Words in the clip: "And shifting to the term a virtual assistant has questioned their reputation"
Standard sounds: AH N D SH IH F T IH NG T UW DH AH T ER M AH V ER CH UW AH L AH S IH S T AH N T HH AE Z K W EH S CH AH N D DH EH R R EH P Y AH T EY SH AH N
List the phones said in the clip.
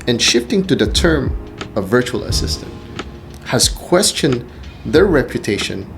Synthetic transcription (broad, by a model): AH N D SH IH F T IH NG T UW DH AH T ER M AH V ER CH UW AH L AH S IH S T AH N T HH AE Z K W EH S CH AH N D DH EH R R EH P Y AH T EY SH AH N